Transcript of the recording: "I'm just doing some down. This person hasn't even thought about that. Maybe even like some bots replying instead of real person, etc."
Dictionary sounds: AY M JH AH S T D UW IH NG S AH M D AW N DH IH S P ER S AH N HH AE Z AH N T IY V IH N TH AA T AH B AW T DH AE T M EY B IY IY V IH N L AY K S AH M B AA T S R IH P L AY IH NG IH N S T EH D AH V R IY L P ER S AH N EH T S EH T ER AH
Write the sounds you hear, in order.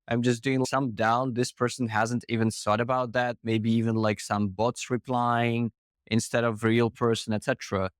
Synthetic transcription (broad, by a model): AY M JH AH S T D UW IH NG S AH M D AW N DH IH S P ER S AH N HH AE Z AH N T IY V IH N S AA T AH B AW T DH AE T M EY B IY IY V IH N L AY K S AH M B AA T S R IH P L AY IH NG IH N S T EH D AH V R IY L P ER S AH N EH T S EH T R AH